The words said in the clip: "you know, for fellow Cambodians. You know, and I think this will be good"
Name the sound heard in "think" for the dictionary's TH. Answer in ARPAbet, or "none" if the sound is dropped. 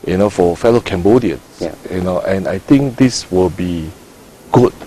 T